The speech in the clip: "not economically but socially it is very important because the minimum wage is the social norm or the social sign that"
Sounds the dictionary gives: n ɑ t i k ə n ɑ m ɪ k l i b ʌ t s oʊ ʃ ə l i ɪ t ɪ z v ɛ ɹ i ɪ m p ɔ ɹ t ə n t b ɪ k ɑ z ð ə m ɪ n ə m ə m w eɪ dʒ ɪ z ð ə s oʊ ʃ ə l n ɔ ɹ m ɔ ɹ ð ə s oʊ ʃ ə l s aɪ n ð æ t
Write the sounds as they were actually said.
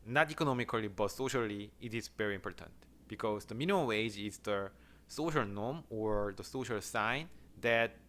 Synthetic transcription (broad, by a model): n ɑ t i k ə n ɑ m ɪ k l i b ʌ t s oʊ ʃ ə l i ɪ t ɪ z v ɛ ɹ i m p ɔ ɹ t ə n t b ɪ k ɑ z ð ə m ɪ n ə m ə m w eɪ dʒ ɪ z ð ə s oʊ ʃ ə l n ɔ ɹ m ɔ ɹ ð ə s oʊ ʃ ə l s aɪ n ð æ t